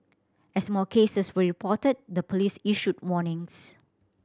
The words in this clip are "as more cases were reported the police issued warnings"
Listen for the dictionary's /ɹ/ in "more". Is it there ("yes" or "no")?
no